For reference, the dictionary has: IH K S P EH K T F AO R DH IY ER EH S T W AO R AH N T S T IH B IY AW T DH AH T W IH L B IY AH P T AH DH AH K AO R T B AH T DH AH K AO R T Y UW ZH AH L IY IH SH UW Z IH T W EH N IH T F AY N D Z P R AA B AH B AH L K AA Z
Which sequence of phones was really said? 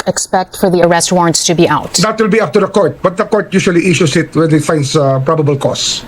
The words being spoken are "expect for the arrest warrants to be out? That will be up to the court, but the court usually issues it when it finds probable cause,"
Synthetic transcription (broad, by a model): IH K S P EH K T F AO R DH IY ER EH S T W AO R AH N T S T IH B IY AW T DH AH T W IH L B IY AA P T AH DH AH K AO R T B AH T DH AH K AO R T Y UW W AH L IY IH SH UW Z IH T W EH N IH T F AY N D S P R AA B AH B AH L K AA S